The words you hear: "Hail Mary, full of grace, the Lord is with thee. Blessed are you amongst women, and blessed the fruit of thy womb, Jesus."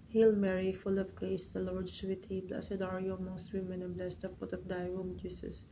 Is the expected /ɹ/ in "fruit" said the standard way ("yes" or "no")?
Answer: no